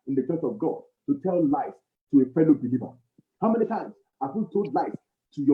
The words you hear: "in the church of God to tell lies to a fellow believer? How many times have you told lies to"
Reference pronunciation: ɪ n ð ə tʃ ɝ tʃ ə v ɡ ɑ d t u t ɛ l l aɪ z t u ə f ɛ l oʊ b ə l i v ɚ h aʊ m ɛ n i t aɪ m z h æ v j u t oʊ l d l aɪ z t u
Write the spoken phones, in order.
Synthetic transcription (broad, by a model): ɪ n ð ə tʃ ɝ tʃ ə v ɡ ɑ d t u t ɛ l l aɪ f t u ə f ɛ l oʊ b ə l i v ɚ h aʊ m ɛ n i t aɪ m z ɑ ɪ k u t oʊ d l aɪ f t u